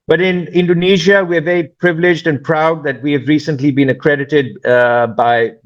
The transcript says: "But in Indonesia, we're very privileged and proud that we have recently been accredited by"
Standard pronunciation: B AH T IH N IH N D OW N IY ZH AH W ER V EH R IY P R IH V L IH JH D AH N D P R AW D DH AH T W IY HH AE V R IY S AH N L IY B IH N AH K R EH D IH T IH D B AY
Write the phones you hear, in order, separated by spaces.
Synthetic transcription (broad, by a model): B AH T IH N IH N D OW N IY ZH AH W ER V EH R IY P R IH V L IH JH D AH N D P R AW D DH AH T W IY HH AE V R IY S AH N L IY B IH N AH K R EH D IH T IH D B AY